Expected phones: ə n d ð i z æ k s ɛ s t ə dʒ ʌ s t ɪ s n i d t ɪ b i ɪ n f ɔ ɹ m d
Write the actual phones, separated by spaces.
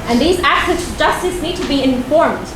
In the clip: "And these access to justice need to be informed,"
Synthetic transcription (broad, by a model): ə n ð i z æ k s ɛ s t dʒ ʌ s t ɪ s n i d t ɪ b i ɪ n f ɔ ɹ m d